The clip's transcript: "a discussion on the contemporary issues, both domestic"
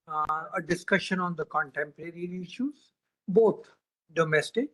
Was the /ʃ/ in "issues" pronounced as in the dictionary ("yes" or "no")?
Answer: yes